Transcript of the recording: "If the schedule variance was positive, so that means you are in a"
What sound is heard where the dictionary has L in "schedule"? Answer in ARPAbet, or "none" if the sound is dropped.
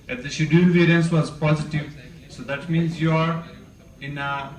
N